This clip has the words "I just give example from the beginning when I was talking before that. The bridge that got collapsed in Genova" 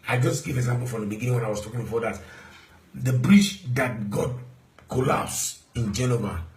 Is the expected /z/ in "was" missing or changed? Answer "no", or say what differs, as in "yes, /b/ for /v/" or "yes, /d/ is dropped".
yes, /s/ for /z/